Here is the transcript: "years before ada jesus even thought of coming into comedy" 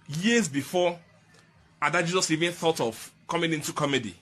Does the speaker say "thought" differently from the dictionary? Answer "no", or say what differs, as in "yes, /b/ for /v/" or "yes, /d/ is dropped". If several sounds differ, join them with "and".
no